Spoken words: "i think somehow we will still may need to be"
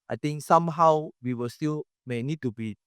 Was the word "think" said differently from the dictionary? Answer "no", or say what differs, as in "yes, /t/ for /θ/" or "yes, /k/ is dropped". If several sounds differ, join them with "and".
yes, /t/ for /θ/